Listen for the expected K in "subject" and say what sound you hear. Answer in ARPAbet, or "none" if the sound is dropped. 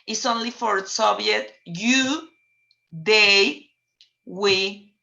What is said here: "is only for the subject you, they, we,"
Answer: none